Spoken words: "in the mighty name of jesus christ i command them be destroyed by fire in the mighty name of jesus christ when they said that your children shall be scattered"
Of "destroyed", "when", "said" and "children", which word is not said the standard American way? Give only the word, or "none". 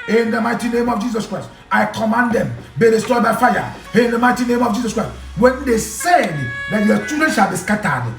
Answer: children